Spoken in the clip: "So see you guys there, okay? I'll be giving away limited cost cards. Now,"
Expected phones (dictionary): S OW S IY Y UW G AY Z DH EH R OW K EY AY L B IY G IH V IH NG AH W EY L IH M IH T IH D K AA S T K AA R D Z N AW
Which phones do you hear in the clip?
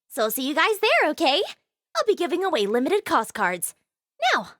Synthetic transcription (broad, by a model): S OW S IY Y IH G AY Z DH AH R OW K EY AY L B IY G IH V IH NG AH W EY L IH M IH T IH D K AA S K AA R D Z N AW